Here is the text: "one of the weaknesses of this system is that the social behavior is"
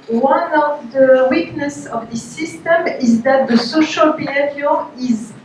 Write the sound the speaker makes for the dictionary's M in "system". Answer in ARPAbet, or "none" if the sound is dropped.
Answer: M